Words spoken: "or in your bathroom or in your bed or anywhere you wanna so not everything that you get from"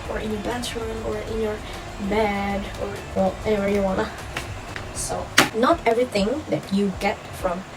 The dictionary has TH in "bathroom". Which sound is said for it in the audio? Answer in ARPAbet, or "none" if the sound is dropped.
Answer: S